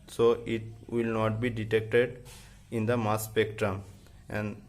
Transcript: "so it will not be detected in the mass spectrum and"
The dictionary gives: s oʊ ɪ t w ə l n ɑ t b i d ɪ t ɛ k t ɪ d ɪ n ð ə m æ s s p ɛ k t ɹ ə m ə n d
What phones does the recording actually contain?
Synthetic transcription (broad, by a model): s oʊ ɪ t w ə l n ɑ t b i d ɪ t ɛ k t ɪ d ɪ n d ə m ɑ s s p ɛ k t ɹ ə m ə n d